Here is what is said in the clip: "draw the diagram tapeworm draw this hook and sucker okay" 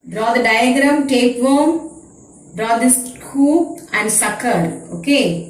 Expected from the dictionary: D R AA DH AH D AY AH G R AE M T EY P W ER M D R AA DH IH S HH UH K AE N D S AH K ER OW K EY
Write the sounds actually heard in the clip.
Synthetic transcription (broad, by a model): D R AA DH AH D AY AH G R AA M T EY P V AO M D R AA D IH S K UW AE N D S AH K ER OW K EY